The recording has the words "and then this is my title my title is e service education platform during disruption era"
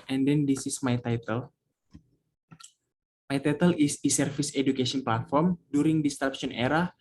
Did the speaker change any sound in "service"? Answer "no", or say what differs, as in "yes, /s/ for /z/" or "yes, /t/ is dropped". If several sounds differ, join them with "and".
yes, /f/ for /v/